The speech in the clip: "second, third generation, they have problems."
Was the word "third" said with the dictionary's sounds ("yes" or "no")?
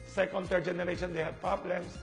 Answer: no